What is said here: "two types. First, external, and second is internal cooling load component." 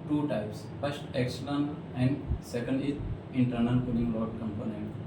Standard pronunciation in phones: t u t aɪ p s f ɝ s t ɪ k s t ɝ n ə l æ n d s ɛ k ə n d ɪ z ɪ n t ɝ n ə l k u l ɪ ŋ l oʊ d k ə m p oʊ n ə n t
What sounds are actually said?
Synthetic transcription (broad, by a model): t u t aɪ p s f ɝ s t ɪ k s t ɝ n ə n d s ɛ k ə n d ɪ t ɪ n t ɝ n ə n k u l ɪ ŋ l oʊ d k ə m p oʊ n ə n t